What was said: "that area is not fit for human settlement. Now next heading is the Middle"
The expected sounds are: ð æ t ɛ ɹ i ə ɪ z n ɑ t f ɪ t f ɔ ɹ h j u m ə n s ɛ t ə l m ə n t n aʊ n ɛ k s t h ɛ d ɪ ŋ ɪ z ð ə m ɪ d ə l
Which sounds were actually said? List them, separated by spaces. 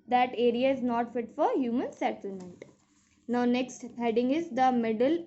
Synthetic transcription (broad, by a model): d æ t ɛ ɹ i ə ɪ z n ɑ t f ɪ t f ɔ ɹ h j u m ə n s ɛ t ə m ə n t n aʊ n ɛ k s t h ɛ d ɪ ŋ ɪ z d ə m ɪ d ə l